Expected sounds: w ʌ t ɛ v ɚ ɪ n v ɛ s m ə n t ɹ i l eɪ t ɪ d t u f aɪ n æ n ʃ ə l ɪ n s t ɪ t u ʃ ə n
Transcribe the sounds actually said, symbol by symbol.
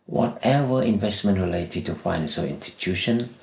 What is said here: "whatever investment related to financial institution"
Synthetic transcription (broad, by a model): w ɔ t ɛ v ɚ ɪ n v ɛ s m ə n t ɹ i l eɪ t ɪ d t u f aɪ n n s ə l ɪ n s t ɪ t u ʃ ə n